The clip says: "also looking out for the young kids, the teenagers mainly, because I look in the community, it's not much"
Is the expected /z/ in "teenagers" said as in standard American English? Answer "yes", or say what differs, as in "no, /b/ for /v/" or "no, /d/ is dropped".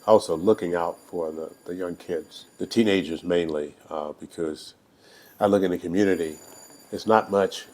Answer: yes